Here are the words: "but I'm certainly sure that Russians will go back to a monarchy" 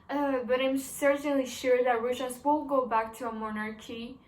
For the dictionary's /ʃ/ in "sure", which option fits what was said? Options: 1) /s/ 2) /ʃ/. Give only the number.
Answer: 2